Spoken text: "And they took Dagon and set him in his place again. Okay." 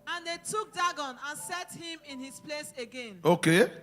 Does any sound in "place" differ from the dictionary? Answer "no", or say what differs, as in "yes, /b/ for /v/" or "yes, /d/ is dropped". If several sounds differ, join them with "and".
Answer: no